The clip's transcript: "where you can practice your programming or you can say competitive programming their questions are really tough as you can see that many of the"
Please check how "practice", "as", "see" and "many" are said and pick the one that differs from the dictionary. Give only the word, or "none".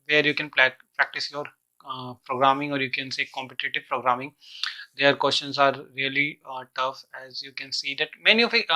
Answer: none